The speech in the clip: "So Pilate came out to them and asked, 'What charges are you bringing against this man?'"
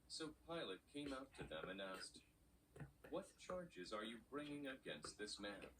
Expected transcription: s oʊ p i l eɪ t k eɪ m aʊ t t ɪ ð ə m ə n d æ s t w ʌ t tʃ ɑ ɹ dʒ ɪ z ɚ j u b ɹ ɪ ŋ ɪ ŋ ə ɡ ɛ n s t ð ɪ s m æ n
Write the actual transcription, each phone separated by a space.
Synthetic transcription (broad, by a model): s oʊ p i l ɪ t k eɪ m aʊ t t ɪ ð ə m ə n æ s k w ʌ t tʃ ɑ ɹ dʒ ɪ z ɚ j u b ɹ ɪ ŋ ɪ ŋ ə ɡ ɛ n s t ð ɪ s m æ n